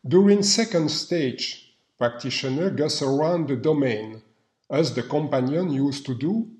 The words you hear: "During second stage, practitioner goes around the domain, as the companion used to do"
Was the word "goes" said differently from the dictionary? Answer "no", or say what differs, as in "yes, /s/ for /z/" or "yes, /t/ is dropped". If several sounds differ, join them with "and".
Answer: yes, /s/ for /z/